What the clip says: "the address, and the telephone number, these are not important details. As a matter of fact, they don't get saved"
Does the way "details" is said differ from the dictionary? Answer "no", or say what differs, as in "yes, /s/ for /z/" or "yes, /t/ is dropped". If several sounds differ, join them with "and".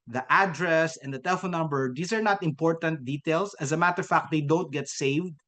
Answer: yes, /s/ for /z/